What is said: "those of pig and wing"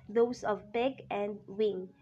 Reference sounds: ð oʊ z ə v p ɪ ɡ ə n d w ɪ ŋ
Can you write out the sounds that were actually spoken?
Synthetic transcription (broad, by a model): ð oʊ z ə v b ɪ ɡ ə n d w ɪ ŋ